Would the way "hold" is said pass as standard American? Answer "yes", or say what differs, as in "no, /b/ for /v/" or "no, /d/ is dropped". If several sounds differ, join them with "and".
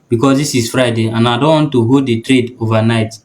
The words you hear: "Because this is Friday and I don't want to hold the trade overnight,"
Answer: no, /l/ is dropped